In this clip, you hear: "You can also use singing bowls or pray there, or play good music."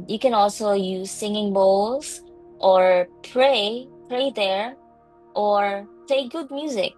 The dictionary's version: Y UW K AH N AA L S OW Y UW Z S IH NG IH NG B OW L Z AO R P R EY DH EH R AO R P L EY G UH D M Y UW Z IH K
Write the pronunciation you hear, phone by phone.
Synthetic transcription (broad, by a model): Y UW K AH N AA L S OW Y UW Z S IH NG IH NG B OW L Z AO R P R EY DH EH R AO R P EY G UH D M Y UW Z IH K